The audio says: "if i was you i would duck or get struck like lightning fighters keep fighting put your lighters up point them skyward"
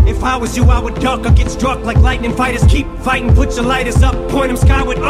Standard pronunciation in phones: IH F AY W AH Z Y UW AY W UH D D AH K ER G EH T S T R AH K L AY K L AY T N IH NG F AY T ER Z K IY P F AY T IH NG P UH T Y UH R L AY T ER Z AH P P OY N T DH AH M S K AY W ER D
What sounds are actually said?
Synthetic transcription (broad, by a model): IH F AY W AH Z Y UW AY W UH D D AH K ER G EH T S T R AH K L AY K L AY T N IH NG F AY T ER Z K IY P F AY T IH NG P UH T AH L AY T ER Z AH P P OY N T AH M S K AY W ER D